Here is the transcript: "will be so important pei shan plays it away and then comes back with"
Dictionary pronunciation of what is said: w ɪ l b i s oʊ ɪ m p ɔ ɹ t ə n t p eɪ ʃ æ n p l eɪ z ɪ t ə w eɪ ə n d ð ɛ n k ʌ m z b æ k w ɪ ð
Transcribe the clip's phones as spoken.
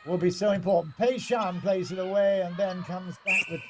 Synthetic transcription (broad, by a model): w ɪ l b i s oʊ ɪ m p ɔ ɹ t n p eɪ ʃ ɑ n p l eɪ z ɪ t ə w eɪ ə n ð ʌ n k ʌ m z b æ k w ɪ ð